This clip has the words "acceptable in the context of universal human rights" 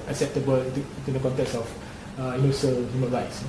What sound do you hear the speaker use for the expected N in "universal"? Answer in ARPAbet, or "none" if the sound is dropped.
none